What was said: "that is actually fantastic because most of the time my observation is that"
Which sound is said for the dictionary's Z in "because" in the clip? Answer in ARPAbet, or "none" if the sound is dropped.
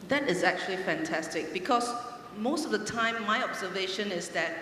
S